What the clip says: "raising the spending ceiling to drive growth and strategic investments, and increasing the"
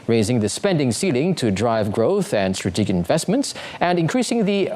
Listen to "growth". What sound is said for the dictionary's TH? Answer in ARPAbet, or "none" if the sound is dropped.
TH